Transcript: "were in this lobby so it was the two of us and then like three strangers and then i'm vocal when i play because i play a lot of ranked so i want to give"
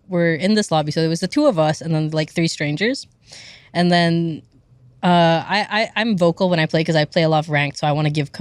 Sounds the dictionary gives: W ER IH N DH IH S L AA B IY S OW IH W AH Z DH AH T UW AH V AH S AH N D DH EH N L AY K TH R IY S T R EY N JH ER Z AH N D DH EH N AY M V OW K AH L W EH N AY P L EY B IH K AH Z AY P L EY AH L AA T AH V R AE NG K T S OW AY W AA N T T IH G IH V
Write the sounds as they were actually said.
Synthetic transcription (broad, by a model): W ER IH N DH IH S L AA B IY S OW IH W AH Z DH AH T UW AH V AH S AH N DH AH N L AY K TH R IY S T R EY N JH ER Z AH N DH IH N AY M V OW K L W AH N AY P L EY IH K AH Z AY P L EY AH L AA T AH V R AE NG K S OW AY W AA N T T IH G IH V